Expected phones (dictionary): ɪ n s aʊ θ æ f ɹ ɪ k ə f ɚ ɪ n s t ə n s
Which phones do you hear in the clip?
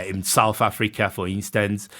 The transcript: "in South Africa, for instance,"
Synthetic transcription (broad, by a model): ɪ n s aʊ θ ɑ f ɹ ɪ k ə f ɚ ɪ n s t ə n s